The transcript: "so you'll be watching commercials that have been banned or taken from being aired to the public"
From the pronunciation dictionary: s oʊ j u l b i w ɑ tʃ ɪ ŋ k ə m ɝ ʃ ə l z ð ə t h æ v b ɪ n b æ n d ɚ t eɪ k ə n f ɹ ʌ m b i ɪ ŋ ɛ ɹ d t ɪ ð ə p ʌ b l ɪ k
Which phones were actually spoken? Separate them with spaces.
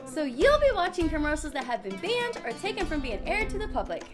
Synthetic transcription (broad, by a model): s oʊ j u l b i w ɑ tʃ ɪ ŋ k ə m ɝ ə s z ð ə t h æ v b ɪ n b æ n d ɚ t eɪ k ə n f ɹ ʌ m b i ɪ ŋ ɛ ɹ d t ɪ ð ə p ʌ b l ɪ k